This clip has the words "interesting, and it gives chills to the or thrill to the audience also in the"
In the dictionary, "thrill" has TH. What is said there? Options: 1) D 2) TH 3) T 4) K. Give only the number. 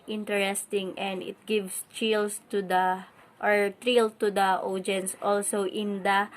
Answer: 3